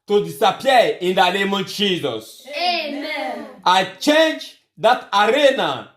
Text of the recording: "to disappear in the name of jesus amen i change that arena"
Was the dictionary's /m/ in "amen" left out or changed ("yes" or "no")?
yes